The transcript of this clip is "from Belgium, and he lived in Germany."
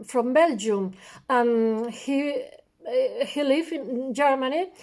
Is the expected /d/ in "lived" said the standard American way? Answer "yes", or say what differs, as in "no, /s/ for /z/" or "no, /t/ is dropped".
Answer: no, /d/ is dropped